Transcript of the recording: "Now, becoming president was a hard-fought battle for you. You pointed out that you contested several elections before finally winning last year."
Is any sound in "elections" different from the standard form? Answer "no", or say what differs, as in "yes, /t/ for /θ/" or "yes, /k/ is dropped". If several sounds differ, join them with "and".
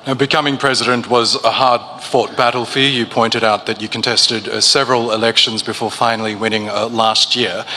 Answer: no